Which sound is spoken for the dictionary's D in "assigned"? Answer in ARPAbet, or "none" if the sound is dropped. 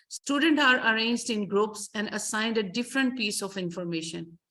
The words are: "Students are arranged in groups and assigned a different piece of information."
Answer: D